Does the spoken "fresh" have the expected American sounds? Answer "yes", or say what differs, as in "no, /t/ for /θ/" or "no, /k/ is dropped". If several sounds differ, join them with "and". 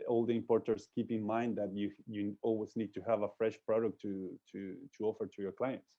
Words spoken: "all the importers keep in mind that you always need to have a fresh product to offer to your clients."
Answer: yes